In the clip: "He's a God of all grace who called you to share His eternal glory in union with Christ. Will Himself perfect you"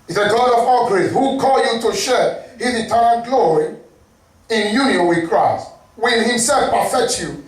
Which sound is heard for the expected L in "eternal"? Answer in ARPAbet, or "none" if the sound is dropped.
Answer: N